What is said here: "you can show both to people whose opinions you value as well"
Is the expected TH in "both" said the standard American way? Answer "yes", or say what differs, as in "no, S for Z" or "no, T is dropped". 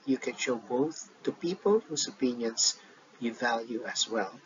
yes